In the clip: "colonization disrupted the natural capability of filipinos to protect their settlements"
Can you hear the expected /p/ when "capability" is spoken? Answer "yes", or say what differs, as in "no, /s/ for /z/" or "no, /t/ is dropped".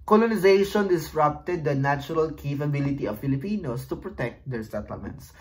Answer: no, /f/ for /p/